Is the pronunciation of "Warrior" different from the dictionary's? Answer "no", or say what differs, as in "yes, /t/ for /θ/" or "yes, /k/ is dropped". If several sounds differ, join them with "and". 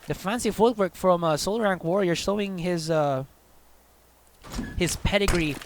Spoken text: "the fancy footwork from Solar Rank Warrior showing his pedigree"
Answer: no